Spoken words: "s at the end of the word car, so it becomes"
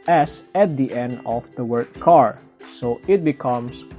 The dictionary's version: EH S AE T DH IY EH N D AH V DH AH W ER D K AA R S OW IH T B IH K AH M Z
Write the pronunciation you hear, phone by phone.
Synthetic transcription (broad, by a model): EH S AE T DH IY EH N D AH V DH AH W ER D K AA R S OW IH T B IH K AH M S